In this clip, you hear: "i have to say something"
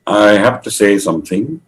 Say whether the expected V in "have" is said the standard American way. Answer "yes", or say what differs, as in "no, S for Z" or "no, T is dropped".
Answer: no, F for V